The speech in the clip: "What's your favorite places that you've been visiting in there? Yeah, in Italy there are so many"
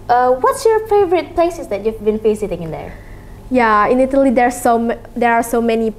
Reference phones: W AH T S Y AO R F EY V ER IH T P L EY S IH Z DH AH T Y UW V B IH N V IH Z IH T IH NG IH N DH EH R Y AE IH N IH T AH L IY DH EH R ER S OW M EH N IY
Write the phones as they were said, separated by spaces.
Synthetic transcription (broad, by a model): W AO T S Y AO R F EY V ER IH T P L EY S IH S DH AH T Y UW V B IH N F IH S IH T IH NG IH N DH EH R Y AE IH N IH T AH L IY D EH R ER S OW M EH N IY